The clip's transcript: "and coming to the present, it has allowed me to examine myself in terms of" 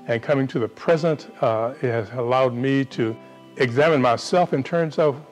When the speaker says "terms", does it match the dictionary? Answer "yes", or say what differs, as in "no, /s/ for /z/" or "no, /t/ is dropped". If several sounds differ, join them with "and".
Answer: yes